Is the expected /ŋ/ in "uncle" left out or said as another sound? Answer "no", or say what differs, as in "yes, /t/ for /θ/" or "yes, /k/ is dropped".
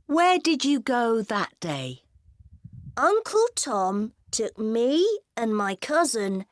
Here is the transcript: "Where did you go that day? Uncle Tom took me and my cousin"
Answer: no